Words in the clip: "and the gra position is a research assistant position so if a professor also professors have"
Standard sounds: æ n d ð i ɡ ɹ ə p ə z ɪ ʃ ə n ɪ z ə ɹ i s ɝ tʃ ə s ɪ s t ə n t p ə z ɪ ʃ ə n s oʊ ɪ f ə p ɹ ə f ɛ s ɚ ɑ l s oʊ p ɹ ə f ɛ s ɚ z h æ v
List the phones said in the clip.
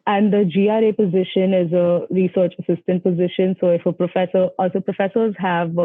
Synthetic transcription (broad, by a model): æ n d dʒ i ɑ ɹ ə p ə z ɪ ʃ ə n ɪ z ə ɹ i s ɝ tʃ ə s ɪ s t ə n t p ə z ɪ ʃ ə n s oʊ ɪ f ə p ɹ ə f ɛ s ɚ ɑ l s oʊ p ɹ ə f ɛ s ɚ z h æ v